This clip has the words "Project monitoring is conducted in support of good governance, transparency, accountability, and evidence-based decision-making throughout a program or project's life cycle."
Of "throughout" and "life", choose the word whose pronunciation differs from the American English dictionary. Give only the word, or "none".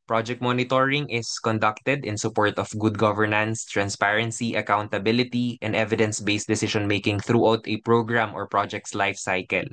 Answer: none